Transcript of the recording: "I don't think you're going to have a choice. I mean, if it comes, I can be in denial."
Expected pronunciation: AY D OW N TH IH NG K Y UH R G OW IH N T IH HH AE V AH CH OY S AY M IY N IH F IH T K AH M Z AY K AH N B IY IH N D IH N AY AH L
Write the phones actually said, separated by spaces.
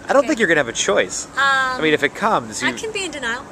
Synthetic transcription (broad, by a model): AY D OW N TH IH NG K Y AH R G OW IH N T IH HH V AH CH OY S AY M IY N IH F IH T K AH M Z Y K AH N B IY IH N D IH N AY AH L